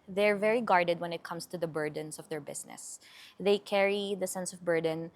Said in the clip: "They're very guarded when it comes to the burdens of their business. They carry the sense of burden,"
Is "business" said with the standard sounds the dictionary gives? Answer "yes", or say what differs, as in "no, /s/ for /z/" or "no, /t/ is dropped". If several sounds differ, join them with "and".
no, /s/ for /z/